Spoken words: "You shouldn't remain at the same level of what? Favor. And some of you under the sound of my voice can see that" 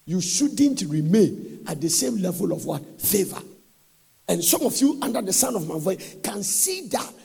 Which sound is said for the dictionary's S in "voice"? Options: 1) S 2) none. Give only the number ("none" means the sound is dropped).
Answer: 2